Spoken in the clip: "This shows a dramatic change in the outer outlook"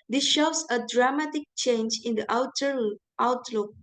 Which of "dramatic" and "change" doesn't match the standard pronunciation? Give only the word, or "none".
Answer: none